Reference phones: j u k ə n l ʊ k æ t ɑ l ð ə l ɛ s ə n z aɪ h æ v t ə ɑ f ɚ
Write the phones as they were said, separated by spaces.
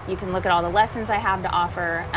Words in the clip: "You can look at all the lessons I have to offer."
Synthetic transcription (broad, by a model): j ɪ k ə n l ʊ k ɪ t ɑ l ð ə l ɛ s ə n z aɪ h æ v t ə ɑ f ɚ